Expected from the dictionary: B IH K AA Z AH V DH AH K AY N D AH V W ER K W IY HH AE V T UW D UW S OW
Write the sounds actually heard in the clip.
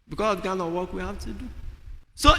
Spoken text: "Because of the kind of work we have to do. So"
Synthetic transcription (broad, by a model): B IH K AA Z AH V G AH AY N AH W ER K W IY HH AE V T UW D UW S OW